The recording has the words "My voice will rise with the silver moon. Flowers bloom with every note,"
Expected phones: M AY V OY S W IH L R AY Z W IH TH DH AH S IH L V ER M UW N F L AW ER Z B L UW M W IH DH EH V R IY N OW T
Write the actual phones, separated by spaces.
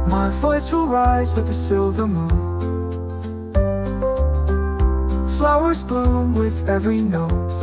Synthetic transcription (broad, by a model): M AY V OY S W IH L R AY Z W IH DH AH S IH L V ER M UW N F L AW ER Z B L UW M W IH DH EH V R IY N OW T